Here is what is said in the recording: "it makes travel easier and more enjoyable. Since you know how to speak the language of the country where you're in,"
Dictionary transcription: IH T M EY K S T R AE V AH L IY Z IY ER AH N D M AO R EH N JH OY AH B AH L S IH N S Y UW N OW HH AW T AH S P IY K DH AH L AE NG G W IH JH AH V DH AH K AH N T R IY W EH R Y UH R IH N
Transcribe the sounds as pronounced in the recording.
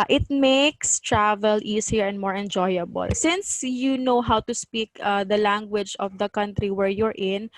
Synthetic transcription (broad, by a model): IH T M EY K S T R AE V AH L IY S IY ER AH N D M AO R EH N JH OY AH B AH L S IH N S Y UW N OW HH AW T AH S P IY K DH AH L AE NG G W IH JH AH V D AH K AH N T R IY W EH R Y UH R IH N